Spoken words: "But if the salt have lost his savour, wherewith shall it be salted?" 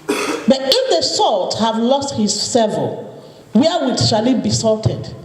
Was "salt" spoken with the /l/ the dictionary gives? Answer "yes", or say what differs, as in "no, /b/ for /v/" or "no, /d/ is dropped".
yes